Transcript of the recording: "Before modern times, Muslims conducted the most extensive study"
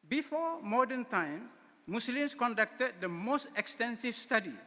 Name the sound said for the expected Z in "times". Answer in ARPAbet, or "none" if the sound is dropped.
none